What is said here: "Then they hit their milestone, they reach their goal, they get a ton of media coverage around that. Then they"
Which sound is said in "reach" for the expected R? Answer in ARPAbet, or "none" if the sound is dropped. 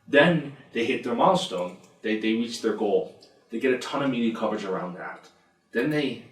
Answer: R